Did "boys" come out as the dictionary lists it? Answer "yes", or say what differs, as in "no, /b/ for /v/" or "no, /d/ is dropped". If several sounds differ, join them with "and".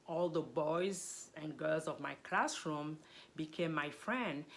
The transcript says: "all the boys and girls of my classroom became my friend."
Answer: yes